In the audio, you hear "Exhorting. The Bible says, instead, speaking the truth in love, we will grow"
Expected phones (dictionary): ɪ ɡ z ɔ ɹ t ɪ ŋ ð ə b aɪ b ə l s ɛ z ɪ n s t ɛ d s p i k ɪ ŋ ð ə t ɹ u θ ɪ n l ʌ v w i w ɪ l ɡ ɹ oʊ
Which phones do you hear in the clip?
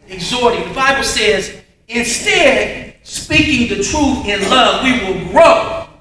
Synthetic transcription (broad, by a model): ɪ ɡ z ɔ ɹ t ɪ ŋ ð ə b aɪ b l s ɛ z ɪ n s t ɛ d s p i k ɪ ŋ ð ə t ɹ u θ ɪ n l ʌ v w i w ɪ l ɡ ɹ oʊ